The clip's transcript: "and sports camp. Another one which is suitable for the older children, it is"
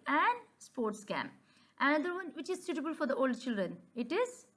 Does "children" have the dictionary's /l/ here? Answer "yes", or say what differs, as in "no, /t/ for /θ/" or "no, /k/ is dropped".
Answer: yes